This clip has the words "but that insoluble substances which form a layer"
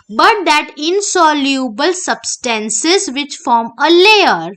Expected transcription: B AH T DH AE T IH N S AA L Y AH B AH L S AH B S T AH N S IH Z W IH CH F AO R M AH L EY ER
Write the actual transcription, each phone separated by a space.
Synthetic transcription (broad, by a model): B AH T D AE T IH N S AA L Y AH B AH L S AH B S T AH N S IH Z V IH CH F AO R M AH L EY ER